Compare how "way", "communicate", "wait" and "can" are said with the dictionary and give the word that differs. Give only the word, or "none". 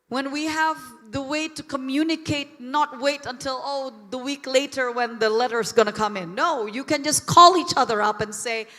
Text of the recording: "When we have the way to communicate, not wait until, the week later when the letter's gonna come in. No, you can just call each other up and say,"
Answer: none